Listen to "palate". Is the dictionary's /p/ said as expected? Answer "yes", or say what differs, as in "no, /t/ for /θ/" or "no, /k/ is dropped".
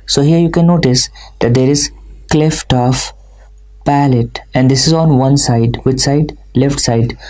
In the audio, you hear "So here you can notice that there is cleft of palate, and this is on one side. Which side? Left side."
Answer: yes